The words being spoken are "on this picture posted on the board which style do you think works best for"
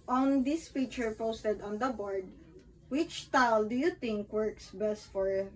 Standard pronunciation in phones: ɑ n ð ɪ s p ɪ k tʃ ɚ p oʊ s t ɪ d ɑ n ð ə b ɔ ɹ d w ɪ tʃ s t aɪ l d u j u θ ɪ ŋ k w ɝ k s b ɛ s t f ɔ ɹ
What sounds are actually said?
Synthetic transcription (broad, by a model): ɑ n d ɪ s f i tʃ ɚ p oʊ s t ɪ d ɑ n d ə b ɔ ɹ d w ɪ tʃ t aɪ l d u j u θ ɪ ŋ k w ɝ k s b ɛ s t f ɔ ɹ